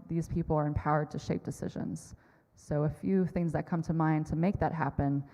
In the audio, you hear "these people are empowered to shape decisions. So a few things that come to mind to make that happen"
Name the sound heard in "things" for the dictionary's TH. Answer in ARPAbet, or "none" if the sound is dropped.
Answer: TH